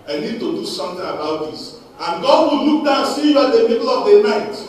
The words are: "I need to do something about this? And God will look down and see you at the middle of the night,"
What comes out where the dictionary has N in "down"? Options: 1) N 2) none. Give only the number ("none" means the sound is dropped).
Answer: 2